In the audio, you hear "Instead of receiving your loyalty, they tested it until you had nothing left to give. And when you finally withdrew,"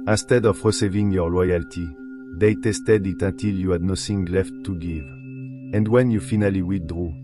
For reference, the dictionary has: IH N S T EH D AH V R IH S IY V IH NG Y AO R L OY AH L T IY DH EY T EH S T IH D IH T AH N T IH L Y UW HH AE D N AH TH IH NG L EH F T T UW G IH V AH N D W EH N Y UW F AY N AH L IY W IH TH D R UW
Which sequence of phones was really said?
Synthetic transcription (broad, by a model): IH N S T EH D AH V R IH S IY V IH NG Y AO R L OY AH L T IY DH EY T EH S T IH D IH T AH N T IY L Y UW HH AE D N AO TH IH NG L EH F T T UW G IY V AH N D W EH N Y UW F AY N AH L IY W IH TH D R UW